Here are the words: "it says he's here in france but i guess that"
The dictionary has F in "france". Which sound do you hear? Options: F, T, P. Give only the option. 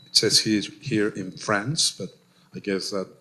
F